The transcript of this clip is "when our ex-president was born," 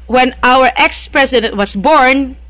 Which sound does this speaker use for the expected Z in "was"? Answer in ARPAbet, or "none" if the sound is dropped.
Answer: S